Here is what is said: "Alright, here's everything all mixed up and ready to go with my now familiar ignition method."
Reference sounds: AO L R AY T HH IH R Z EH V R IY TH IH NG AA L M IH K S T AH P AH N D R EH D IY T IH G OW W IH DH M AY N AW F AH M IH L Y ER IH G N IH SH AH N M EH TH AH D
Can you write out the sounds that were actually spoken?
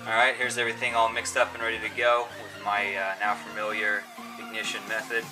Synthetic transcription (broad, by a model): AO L R AY T HH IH R Z EH V R IY TH IH NG AA L M IH K S T AH P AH N R EH D IY T IH G OW W IH DH M AY N AW F AH M IH L Y ER IH G N IH SH AH N M EH TH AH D